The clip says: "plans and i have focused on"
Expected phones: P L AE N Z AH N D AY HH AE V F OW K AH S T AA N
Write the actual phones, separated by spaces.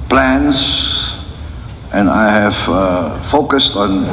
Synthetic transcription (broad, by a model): P L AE N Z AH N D AY HH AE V F OW K AH S T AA N